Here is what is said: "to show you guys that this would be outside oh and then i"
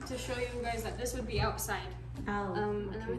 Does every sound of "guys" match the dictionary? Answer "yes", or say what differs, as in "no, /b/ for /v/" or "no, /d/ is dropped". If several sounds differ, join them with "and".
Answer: yes